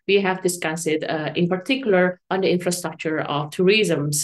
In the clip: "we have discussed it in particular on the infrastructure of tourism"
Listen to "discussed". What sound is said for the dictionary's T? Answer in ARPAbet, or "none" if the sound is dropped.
none